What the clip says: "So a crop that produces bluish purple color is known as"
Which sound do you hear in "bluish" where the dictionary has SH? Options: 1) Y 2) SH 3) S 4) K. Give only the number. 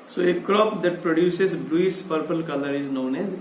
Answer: 3